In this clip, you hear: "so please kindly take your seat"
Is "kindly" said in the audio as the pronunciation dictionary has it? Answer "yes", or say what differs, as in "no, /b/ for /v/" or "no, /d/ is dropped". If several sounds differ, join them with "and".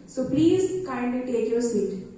no, /l/ is dropped